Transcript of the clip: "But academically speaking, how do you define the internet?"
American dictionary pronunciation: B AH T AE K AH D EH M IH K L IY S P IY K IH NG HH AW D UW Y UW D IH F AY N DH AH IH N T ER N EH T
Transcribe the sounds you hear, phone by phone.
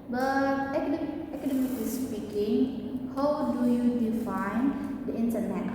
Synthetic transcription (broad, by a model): B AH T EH K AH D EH M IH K IY S P IY K IH NG HH AW D UW Y UW D IH F AY N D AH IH N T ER N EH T